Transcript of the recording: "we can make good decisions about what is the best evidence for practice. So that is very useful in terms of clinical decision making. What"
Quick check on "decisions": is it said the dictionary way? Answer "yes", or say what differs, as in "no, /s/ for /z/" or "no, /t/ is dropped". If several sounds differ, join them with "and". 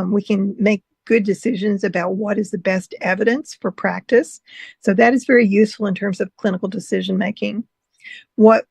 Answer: yes